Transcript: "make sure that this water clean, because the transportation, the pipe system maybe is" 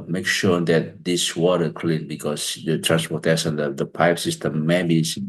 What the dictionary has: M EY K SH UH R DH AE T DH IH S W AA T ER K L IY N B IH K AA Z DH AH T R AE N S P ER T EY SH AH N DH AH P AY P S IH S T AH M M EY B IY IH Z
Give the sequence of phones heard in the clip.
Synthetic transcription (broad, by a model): M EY K SH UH R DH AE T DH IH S W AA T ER K L IY N B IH K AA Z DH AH T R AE N S P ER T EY S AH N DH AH P AY P S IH S T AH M M EY B IY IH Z